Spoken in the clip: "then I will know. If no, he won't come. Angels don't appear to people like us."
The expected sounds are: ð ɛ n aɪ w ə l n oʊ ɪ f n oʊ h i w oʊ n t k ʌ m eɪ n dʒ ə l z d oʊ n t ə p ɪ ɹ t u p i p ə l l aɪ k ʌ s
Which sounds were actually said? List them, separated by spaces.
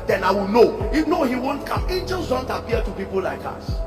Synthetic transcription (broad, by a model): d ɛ n aɪ w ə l n oʊ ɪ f n oʊ h i w oʊ n t k ʌ m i dʒ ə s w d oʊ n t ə p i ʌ t u p i p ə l l aɪ k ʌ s